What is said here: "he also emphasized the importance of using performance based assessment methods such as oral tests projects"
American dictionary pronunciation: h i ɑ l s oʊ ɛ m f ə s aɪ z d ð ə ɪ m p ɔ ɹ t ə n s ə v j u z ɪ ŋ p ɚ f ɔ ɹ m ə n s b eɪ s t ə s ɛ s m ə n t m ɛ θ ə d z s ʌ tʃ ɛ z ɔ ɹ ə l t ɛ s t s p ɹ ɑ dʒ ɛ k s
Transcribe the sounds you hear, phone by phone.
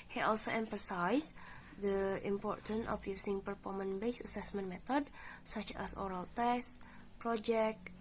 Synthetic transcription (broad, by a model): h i ɑ l s oʊ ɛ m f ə s aɪ s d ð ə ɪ m p ɔ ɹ t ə n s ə f j u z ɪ ŋ p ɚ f ɔ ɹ m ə n b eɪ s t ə s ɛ s m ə n m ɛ t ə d s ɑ tʃ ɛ s ɔ ɹ ə l t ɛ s s p ɹ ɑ dʒ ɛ k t